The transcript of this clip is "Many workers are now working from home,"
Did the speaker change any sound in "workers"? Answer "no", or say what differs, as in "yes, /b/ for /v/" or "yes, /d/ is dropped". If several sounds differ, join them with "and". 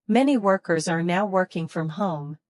no